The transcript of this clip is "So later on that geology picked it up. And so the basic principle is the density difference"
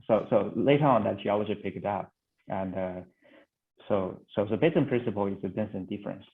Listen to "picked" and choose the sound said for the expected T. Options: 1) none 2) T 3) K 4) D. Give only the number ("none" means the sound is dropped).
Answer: 1